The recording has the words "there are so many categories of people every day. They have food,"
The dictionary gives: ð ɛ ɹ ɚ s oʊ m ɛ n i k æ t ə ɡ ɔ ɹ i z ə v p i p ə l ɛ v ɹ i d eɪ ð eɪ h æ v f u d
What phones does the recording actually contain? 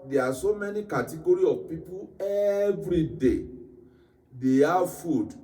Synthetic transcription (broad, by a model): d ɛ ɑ s oʊ m ɛ n i k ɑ t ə ɡ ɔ ɹ i ə v p i p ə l ɛ v ɹ i d eɪ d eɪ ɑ f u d